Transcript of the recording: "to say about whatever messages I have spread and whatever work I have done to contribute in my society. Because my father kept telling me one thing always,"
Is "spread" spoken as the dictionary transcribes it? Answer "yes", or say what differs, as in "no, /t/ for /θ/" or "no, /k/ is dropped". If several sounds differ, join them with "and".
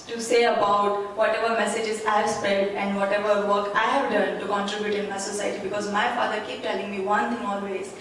no, /ɹ/ is dropped